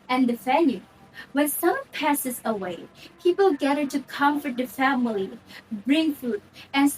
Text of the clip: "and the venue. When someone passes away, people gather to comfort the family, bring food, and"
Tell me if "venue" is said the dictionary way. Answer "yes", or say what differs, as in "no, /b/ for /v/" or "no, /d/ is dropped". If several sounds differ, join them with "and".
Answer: no, /f/ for /v/